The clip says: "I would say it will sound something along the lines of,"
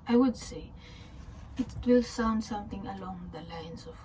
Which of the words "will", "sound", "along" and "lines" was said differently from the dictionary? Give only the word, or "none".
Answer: lines